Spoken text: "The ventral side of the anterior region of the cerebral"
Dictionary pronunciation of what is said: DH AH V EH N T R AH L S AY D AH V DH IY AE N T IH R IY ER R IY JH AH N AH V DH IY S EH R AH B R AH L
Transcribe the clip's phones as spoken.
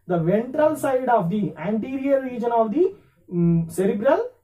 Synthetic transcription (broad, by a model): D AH V EH N T R AH L S AY D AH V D IY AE N T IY R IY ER R IY JH AH N AH V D IY S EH R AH B R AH L